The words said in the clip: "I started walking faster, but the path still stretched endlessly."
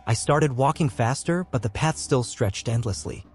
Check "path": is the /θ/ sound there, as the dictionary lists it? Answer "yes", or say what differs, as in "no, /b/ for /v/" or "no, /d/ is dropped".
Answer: yes